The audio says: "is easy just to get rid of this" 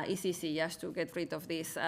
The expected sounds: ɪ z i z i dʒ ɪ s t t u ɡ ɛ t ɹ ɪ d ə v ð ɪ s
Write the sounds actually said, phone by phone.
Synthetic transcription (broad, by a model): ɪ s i s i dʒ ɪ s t t u ɡ ɛ t ɹ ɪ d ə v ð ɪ s